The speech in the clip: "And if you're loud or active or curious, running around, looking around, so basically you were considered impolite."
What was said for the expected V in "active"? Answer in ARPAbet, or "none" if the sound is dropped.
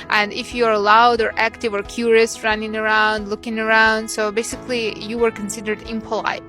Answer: V